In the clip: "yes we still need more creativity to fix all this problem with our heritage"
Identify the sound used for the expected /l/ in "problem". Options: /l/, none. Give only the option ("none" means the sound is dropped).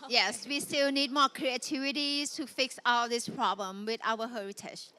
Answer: /l/